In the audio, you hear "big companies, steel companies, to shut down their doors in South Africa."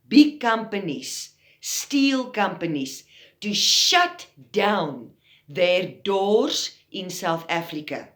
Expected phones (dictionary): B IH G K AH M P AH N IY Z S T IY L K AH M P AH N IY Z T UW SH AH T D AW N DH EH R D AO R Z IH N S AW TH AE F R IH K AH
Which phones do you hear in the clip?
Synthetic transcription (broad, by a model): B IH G K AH M P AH N IY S S T IY L K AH M P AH N IY S T UW SH AH T D AW N DH EH R D AO R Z IH N S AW TH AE F R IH K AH